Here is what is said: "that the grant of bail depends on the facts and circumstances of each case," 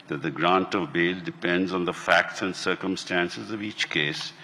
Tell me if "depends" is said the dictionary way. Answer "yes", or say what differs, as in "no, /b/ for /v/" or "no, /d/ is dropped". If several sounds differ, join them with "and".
yes